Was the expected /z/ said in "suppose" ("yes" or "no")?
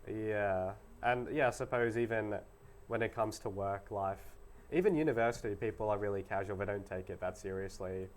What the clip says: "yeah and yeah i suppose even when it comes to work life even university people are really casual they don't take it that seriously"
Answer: yes